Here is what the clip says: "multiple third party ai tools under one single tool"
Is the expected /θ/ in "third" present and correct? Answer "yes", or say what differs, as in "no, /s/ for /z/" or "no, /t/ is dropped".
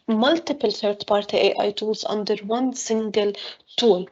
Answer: no, /t/ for /θ/